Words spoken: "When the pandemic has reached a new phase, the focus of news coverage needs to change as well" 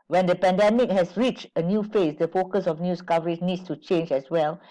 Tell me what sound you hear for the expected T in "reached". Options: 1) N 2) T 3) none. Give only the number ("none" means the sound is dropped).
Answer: 2